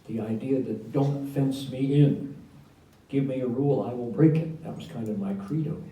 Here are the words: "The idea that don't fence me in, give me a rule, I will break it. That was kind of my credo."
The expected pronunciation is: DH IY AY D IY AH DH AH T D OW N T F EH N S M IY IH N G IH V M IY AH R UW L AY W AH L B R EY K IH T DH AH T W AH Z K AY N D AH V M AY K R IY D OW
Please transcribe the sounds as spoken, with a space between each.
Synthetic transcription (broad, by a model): DH IY AY D IY AH DH AH T D OW N T F EH N S M IY IH N G IH V M IY AH R UW L AY W AH L B R EY K IH T DH AH T W AH Z K AY N D AH V M AY K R IY D OW